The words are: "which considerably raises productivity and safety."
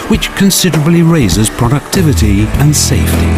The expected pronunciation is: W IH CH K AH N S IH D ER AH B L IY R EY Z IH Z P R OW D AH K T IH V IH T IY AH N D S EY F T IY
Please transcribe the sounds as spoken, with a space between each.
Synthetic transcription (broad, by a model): W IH CH K AH N S IH D ER AH B L IY R EY Z IH Z P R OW D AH K T IH V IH T IY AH N S EY F T IY